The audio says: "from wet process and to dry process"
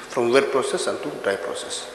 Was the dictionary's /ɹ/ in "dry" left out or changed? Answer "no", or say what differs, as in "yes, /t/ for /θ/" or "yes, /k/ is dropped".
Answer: yes, /ɹ/ is dropped